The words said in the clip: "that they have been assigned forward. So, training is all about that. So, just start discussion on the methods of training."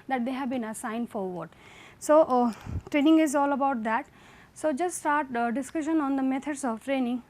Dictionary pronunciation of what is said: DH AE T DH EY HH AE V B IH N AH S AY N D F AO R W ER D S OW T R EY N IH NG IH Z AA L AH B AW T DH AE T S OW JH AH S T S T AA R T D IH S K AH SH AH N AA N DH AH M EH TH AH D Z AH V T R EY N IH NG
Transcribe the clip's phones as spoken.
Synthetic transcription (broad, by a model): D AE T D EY HH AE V B IH N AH S AY N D F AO R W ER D S OW T R EY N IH NG IH Z AA L AH B AW T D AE T S OW JH AH S T S T AA R T D IH S K AH SH AH N AA N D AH M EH T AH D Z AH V T R EY N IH NG